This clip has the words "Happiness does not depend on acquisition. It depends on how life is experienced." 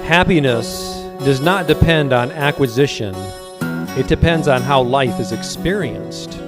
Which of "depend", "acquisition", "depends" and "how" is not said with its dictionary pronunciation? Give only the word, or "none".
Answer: none